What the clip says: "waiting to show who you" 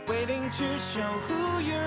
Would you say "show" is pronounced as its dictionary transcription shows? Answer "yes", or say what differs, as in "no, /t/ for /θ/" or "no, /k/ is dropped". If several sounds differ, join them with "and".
yes